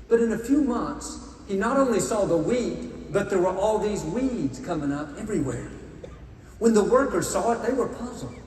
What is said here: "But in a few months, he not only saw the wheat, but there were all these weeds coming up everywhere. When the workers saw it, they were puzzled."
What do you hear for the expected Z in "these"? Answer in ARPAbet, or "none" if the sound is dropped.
Z